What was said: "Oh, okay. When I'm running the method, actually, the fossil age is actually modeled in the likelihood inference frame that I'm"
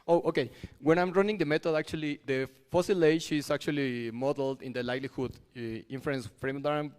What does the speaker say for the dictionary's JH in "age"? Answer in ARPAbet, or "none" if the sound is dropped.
SH